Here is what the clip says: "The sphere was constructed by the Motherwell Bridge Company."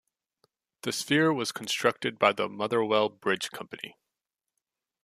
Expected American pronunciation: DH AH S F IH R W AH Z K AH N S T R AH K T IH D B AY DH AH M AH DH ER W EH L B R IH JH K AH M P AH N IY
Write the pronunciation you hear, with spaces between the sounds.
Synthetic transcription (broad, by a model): DH AH S F IH R W AH Z K N S T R AH K T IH D B AY DH AH M AH DH ER W EH L B R IH JH K AH M P AH N IY